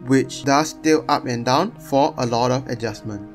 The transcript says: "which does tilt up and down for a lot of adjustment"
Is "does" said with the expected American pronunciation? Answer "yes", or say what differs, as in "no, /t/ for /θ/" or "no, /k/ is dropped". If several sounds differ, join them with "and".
no, /s/ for /z/